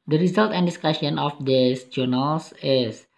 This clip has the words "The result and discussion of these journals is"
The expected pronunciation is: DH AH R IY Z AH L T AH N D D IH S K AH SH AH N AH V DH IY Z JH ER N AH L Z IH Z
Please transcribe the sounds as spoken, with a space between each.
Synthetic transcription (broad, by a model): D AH R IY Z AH L T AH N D D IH S K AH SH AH N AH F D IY S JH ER N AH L S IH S